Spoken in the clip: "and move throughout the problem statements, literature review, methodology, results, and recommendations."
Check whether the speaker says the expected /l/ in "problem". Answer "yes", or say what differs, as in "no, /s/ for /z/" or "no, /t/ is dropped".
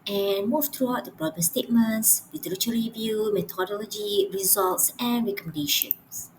no, /l/ is dropped